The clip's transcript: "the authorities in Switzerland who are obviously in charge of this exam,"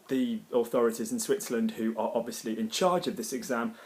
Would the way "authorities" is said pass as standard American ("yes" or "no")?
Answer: yes